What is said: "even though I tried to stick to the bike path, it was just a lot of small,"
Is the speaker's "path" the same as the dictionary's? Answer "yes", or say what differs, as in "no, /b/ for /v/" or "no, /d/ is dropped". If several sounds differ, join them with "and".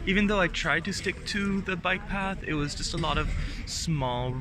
yes